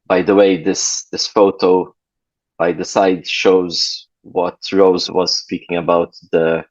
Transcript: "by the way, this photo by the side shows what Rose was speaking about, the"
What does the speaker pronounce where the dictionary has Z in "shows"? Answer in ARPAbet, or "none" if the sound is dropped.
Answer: Z